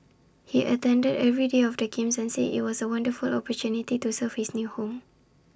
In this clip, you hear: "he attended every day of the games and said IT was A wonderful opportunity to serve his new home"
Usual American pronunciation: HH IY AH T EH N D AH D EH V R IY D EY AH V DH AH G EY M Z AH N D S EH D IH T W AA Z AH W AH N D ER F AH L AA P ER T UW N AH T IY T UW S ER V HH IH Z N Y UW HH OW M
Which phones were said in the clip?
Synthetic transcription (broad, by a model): HH IY AH T EH N D AH D EH V R IY D EY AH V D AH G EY M S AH N S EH IH T W AA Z AH W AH N D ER F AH L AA P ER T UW N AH T IY T UW S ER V HH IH S N Y UW HH OW M